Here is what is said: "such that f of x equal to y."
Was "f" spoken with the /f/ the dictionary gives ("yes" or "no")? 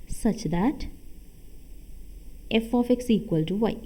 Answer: yes